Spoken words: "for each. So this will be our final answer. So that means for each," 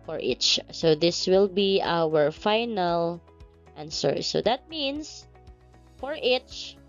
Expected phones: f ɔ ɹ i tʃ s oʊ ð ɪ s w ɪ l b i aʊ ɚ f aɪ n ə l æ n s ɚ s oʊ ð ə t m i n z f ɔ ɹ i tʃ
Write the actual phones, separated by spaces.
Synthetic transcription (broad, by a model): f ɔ ɹ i tʃ s oʊ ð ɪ s w ɪ l b i aʊ ɚ f aɪ n ə l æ n s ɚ s oʊ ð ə t m i n s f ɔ ɹ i tʃ